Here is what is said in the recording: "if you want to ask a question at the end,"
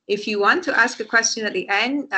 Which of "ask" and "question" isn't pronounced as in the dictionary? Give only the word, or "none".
none